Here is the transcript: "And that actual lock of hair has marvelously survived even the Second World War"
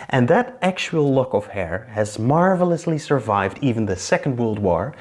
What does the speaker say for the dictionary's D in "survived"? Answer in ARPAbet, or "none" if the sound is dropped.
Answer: D